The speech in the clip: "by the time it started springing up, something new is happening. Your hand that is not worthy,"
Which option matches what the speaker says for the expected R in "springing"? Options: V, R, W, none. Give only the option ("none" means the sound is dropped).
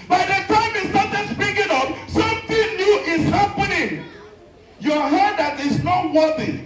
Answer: none